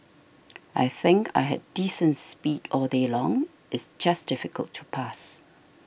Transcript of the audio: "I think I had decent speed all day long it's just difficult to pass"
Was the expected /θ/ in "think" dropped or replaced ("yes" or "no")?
no